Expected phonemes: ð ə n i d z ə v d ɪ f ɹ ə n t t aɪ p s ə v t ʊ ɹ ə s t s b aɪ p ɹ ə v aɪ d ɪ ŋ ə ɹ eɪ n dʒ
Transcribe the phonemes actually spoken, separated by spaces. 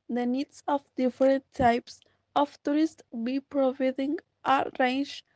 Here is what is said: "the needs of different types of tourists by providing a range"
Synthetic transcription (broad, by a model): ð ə n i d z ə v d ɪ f ɹ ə n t t aɪ p s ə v t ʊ ɹ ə s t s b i p ɹ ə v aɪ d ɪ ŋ ə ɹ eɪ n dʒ